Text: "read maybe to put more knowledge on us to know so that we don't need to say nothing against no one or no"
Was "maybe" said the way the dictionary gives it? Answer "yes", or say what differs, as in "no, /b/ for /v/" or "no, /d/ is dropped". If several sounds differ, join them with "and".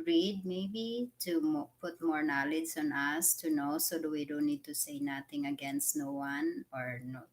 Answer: yes